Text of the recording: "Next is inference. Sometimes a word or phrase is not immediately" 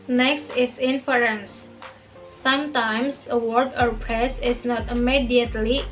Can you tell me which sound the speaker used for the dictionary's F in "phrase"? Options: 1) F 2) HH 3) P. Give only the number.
3